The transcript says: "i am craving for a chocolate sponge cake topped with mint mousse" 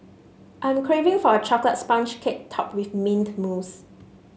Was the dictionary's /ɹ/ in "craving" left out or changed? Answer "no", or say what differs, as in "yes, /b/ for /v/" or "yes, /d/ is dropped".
no